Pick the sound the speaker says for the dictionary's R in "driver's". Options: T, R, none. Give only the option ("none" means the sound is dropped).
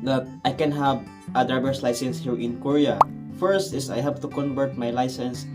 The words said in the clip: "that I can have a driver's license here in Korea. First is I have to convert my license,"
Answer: none